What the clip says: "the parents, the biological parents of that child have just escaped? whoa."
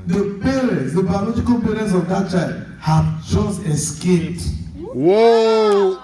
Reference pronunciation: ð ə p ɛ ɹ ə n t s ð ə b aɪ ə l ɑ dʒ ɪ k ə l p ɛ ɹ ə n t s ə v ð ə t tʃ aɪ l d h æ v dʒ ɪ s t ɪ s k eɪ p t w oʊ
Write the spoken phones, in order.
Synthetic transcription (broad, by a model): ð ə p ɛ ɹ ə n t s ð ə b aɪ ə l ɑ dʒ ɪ k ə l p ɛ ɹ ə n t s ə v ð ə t tʃ aɪ l d h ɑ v tʃ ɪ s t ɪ s k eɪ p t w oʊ